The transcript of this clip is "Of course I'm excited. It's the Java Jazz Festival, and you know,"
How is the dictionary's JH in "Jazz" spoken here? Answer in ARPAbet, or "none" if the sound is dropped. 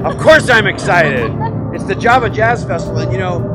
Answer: JH